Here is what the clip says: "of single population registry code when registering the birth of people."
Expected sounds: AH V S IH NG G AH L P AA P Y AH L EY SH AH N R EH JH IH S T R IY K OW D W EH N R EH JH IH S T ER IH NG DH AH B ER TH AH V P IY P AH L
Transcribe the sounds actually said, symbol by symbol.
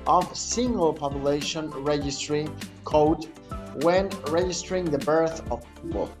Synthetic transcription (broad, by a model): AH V S IH NG G AH L P AA P Y AH L EY SH AH N R EH JH IH S T R IY K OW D W EH N R EH JH IH S T ER IH NG DH AH B ER TH AH V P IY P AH L